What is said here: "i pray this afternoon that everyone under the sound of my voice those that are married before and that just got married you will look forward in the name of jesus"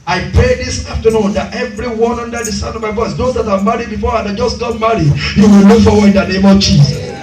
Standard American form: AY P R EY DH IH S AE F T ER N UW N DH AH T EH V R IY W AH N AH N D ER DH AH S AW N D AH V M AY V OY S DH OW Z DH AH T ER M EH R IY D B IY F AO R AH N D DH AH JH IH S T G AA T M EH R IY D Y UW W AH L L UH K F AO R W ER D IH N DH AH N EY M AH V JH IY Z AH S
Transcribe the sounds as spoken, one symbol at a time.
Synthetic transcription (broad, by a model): AY P R EY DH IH S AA F T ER N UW N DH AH T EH V R IY W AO N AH N D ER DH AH S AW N AH V M AY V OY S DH OW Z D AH T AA M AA R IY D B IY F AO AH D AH JH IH S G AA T M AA R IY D Y UW W AH L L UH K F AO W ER IH N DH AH N EY M AH V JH IY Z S S